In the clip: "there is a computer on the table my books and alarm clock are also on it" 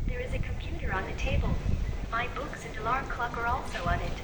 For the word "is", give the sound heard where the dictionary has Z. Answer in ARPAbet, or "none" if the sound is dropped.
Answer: Z